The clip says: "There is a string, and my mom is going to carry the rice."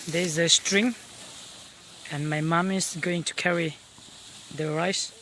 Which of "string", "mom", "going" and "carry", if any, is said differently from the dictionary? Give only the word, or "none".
none